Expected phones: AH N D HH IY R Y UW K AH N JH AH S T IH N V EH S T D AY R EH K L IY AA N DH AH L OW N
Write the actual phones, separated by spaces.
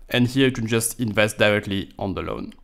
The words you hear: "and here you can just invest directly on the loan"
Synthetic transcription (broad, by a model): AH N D HH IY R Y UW K AH N JH AH S T IH N V EH S T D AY R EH K L IY AA N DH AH L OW N